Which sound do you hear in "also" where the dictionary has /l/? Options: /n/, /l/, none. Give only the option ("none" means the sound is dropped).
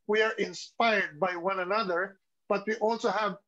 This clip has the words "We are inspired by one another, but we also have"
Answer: /l/